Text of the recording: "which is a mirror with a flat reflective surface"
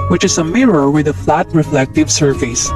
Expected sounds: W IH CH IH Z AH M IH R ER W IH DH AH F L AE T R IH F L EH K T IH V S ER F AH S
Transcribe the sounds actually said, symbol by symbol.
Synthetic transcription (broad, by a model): W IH CH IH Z AH M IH R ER W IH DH AH F L AE T R IH F L EH K T IH V S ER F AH S